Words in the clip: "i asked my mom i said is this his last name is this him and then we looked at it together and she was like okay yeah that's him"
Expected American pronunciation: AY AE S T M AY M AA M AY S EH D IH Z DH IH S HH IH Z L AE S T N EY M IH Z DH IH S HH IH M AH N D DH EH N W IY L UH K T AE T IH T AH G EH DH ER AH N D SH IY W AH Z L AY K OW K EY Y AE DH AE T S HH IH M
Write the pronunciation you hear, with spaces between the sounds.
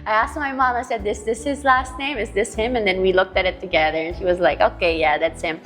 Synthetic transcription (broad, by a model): AY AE S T M AY M AA M AY S EH D IH S DH IH S HH IH Z L AE S T N EY M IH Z DH IH S HH IH M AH N DH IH N W IY L UH K T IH T IH T AH G EH DH ER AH N SH IY W AH Z L AY K OW K EY Y AE DH AE T S HH IH M